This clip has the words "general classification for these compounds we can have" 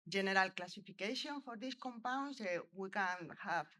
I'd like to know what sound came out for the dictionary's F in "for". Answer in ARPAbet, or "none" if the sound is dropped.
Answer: F